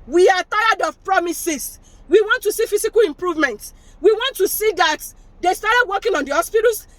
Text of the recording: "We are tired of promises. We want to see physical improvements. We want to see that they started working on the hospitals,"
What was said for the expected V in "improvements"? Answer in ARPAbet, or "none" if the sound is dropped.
V